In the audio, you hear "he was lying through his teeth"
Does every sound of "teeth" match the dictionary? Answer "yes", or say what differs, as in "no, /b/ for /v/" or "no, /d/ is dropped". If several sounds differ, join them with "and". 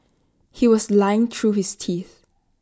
yes